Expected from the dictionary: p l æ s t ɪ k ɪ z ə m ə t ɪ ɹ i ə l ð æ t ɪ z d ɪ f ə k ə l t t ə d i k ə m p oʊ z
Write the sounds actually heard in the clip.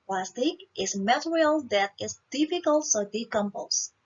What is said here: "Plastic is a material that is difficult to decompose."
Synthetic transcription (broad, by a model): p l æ s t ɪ k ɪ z m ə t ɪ ɹ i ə l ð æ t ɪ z d ɪ f ə k ə l t s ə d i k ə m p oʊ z